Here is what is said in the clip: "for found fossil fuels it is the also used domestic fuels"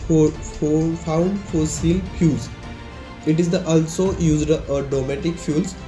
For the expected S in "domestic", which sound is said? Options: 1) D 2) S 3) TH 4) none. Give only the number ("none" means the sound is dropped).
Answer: 4